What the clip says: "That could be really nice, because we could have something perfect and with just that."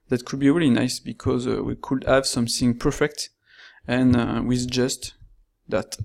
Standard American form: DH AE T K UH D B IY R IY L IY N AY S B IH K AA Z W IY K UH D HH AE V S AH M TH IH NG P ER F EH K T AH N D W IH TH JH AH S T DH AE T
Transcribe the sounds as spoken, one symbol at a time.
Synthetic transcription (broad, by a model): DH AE T K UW D B IY R IY L IY N AY S B IH K AA Z W IY K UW D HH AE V S AH M TH IH NG P ER F EH K T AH N W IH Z JH AH S T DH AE T